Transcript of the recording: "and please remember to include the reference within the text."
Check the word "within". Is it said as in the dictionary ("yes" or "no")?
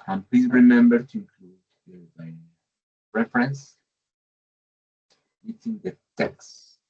no